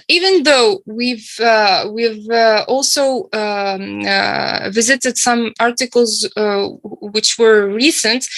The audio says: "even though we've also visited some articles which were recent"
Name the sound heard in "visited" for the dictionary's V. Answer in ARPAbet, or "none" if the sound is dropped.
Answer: V